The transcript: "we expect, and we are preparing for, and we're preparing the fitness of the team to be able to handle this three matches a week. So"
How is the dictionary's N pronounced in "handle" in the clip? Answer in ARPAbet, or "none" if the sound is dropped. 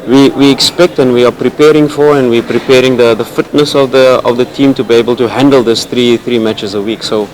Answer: N